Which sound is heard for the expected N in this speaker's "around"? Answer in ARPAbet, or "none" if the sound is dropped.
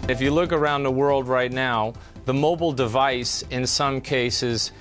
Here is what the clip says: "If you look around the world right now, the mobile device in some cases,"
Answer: N